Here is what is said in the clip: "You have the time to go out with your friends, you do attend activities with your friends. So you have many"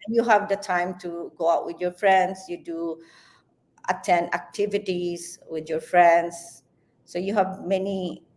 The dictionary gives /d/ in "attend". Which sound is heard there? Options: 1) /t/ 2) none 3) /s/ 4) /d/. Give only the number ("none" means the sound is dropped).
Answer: 2